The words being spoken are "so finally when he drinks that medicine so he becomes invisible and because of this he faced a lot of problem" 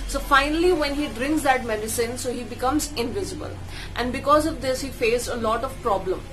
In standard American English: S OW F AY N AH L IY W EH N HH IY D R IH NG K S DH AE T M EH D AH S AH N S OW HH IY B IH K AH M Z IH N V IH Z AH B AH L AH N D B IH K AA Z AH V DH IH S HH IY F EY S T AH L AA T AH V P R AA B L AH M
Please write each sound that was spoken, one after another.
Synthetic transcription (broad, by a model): S OW F AY N AH L IY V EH N HH IY D R IH NG K S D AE T M EH D AH S AH N S OW HH IY B IH K AH M Z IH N V IH Z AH B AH L AH N D B IH K AA Z AH V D IH S HH IY F EY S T AH L AA T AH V P R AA B L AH M